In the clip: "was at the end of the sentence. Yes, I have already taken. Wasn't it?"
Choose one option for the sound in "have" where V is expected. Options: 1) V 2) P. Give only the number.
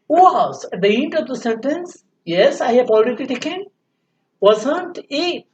2